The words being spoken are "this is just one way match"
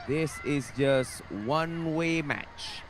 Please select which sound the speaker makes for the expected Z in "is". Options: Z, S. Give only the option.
Z